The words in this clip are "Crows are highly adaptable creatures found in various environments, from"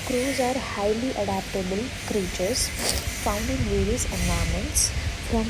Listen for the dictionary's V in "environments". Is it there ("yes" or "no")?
no